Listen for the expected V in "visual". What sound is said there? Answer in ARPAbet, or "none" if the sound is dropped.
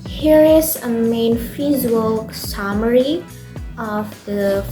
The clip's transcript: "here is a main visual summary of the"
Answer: F